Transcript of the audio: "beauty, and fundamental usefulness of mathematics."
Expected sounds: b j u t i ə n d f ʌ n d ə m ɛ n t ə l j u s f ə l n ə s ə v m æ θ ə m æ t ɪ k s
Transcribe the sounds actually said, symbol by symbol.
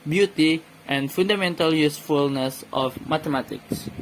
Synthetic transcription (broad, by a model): b j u t i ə n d f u n d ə m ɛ n t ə l j u s f ə l n ə s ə f m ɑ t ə m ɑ t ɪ k s